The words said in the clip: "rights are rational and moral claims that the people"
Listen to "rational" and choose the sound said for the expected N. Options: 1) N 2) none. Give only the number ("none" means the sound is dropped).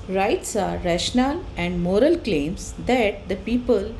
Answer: 1